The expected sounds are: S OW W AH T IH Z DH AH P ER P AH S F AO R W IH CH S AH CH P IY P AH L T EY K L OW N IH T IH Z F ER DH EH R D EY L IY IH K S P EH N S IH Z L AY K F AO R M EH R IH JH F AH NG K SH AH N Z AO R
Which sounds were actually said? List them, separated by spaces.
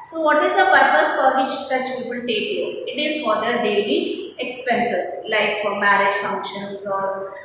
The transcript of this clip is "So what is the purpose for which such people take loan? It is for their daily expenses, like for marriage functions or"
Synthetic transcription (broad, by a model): S OW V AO T IH Z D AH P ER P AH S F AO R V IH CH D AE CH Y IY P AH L T EY K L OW IH T IH Z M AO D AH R D EY L IY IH K S P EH N S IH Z L AY K F AO R M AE R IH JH F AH NG K SH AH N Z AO R